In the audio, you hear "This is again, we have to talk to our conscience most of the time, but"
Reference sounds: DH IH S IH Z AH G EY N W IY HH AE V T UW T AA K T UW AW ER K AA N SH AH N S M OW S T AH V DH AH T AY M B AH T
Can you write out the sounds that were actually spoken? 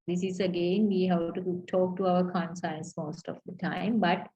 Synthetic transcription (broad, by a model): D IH S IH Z AH G EY N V IY HH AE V T UW T AA K T UW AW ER K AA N S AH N S M OW S T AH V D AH T AY M B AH T